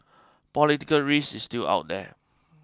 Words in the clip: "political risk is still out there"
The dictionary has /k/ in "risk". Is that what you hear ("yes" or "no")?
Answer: no